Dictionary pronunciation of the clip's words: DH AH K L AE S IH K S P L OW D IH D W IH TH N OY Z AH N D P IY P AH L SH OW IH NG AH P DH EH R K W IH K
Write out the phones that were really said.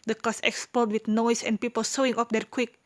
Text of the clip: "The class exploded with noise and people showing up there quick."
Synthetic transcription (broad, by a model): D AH K AO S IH K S P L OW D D W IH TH N OY S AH N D P IY P AH L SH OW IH NG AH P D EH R K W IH K